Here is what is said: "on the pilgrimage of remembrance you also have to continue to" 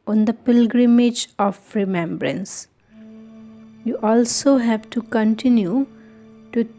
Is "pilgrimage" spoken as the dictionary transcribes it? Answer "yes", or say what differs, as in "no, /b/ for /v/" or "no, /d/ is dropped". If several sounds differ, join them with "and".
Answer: yes